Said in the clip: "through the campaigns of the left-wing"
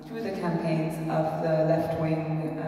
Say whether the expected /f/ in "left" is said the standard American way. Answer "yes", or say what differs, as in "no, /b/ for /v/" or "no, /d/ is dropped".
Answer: yes